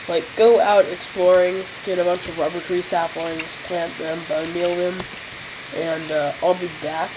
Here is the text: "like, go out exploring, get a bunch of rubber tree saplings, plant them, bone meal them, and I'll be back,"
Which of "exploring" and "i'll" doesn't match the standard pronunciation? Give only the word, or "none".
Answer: none